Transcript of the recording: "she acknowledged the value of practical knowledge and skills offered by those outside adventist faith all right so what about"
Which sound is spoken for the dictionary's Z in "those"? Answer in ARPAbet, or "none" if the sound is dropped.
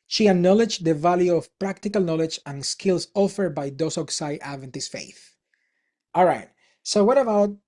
S